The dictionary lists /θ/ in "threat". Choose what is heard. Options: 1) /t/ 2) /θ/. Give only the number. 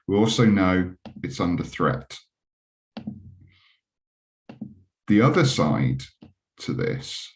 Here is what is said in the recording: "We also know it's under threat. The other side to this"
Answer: 2